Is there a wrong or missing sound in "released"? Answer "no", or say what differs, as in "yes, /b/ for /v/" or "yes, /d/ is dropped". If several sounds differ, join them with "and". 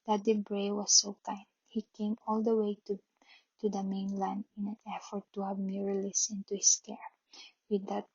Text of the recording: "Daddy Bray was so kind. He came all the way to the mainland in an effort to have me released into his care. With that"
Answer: yes, /t/ is dropped